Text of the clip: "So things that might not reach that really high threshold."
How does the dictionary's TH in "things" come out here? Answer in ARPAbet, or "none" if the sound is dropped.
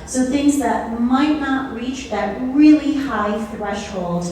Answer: TH